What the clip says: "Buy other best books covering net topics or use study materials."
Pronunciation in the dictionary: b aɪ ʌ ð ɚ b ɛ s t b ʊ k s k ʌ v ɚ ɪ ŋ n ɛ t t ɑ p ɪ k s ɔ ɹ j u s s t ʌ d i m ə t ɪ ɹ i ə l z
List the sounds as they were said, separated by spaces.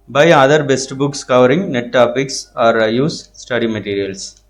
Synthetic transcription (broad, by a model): b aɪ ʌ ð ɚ b ɛ s t b ʊ k s k ʌ v ɚ ɪ ŋ n ɛ t t ɑ p ɪ k s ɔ ɹ j u s s t ʌ d i m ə t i ɹ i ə l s